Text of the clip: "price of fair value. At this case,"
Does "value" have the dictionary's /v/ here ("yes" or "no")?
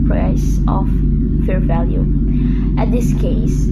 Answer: yes